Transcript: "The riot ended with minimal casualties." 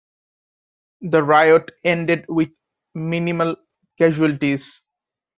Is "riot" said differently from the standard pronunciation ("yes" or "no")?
no